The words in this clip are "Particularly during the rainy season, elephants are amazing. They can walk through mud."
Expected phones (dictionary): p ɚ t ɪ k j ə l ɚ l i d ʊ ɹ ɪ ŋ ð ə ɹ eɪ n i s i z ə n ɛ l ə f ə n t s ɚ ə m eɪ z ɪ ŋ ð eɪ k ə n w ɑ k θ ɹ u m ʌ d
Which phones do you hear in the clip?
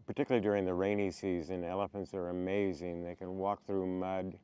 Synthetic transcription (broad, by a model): p ɚ t ɪ k j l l i d ʊ ɹ ɪ ŋ ð ə ɹ eɪ n i s i z ə n ɛ l ə f ə n t s ɚ ə m eɪ z ɪ ŋ ð eɪ k ə n w ɑ k θ ɹ u m ʌ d